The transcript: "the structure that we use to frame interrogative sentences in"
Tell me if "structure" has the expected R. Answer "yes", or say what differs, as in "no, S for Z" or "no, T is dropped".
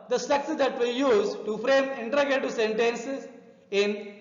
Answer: no, R is dropped